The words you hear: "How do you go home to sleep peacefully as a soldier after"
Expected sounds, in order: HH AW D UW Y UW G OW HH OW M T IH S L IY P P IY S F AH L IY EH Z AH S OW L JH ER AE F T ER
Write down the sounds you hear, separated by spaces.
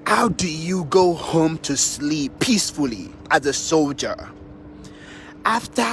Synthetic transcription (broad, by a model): HH AW D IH Y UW G OW HH OW M T IH S L IY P P IY S F AH L IY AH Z AH S OW L JH ER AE F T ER